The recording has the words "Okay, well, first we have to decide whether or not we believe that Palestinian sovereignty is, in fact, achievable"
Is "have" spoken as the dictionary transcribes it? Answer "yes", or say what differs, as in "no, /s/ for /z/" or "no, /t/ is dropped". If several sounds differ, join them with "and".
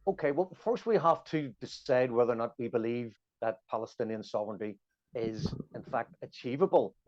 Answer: no, /f/ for /v/